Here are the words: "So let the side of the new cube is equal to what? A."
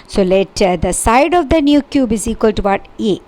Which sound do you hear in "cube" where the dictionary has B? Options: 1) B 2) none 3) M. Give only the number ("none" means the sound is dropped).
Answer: 1